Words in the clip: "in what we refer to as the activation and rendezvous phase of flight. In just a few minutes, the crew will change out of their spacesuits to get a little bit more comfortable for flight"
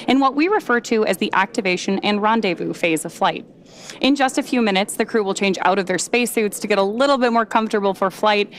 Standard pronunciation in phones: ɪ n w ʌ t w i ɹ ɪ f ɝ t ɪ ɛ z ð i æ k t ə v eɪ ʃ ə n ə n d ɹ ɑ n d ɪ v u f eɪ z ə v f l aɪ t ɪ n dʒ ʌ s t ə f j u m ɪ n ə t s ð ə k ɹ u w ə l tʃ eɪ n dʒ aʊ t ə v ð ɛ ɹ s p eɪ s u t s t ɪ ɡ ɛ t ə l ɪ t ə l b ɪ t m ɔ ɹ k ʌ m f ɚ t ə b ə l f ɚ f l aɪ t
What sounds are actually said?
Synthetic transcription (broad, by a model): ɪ n w ʌ t w i ɹ ɪ f ɝ t ɪ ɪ z ð i æ k t ə v eɪ ʃ ə n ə n ɹ ɑ n d ɪ v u f eɪ z ə v f l aɪ t ɪ n dʒ ʌ s t ə f j u m ɪ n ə t s ð ə k ɹ u w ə l tʃ eɪ n dʒ aʊ t ə v ð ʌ ɹ s p eɪ s u t s t ɪ ɡ ɛ t ə l ɪ t l b ɪ t m ɔ ɹ k ʌ m f t ə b l f ɚ f l aɪ t